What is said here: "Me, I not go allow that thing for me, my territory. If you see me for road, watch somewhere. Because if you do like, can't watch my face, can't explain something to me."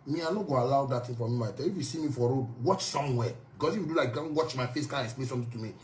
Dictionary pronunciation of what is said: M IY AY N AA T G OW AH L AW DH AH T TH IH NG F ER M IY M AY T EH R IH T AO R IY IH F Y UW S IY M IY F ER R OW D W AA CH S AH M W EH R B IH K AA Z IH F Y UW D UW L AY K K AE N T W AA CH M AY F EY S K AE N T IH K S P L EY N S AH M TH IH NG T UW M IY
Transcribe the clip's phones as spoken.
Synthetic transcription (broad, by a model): M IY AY N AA G OW AH L AW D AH T T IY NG F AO M IY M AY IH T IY IH F Y UW S IY M IY F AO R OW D W AA CH S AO M W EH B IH K AA S IH F Y UW D UW L AY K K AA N W AA CH M AY F EY S K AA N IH K S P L EY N S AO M T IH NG T UW M IY